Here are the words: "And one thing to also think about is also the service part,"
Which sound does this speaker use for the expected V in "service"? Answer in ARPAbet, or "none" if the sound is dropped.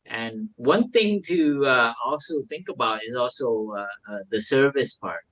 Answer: V